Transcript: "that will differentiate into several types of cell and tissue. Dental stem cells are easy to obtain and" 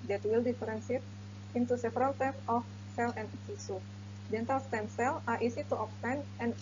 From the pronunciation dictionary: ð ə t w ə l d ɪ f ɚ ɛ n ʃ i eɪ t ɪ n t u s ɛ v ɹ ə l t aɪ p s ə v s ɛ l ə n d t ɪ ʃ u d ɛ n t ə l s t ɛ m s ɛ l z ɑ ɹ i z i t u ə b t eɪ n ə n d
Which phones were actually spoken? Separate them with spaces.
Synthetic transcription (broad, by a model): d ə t w ə l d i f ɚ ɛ n s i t ɪ n t u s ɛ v ɹ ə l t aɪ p ə f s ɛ l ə n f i s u d ɛ n t ə l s t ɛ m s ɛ l ɑ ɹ i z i t u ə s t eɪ n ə n